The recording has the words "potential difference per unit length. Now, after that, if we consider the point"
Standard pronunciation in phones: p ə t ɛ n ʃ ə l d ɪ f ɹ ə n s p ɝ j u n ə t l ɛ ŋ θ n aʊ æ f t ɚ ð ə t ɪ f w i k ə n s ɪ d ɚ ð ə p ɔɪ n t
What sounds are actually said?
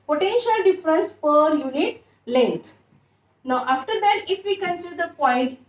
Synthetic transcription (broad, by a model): p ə t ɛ n ʃ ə l d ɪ f ɹ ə n s p ɝ j u n ə t l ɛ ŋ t n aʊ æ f t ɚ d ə t ɪ f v i k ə n s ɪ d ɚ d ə p ɔɪ n t